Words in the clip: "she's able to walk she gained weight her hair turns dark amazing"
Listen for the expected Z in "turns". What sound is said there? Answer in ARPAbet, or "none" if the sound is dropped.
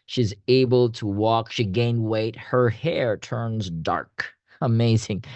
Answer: Z